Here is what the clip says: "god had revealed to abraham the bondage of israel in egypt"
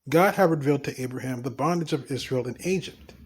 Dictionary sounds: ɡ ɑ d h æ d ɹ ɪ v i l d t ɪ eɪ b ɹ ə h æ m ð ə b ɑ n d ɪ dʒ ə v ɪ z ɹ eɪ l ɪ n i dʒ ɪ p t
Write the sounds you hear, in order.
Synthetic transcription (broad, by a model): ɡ ɑ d h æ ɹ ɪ v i l d t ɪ eɪ b ɹ ə h æ m ð ə b ɑ n d ɪ dʒ ə v ɪ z ɹ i l ɪ n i dʒ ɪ p t